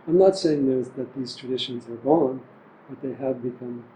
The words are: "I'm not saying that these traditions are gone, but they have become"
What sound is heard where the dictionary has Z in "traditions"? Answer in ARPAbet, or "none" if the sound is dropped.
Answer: Z